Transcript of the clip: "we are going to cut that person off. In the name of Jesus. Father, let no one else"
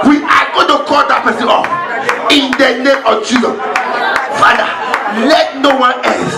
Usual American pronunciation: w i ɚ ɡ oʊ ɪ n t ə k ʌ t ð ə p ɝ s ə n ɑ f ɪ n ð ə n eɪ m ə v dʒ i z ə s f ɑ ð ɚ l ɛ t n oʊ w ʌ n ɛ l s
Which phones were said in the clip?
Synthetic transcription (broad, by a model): w i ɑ ɡ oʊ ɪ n t ə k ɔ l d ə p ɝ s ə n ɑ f ɪ n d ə n eɪ m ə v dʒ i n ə f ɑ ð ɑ l ɛ t n oʊ w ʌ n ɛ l s